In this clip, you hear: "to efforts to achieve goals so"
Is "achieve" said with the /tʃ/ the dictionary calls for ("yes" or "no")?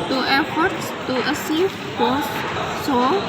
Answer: no